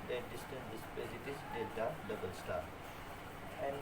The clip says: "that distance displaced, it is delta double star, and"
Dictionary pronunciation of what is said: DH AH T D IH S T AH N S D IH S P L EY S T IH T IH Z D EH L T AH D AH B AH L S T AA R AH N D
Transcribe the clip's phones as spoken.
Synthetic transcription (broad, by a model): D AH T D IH S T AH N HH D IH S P EY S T IH T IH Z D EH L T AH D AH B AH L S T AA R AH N